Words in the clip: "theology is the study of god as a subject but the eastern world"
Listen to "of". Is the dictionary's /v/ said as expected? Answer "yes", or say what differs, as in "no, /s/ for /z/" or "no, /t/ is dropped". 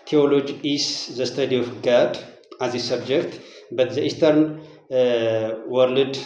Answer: no, /f/ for /v/